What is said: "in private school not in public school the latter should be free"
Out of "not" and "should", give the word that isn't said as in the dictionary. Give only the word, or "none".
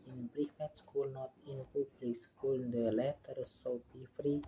should